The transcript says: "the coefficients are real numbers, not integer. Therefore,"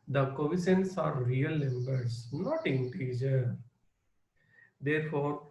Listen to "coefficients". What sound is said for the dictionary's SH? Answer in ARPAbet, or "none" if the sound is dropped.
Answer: S